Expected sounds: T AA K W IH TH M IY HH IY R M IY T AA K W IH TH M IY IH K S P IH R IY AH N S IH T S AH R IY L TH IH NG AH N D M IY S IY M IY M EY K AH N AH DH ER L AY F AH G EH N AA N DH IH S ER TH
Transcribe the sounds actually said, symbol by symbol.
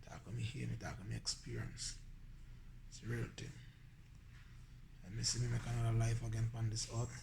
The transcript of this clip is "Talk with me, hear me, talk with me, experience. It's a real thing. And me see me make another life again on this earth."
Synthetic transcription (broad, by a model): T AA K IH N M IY HH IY M IY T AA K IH M IY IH K S P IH R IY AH N S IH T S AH R IY L T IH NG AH M IY S IY M IY M EY K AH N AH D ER L AY F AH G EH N AA N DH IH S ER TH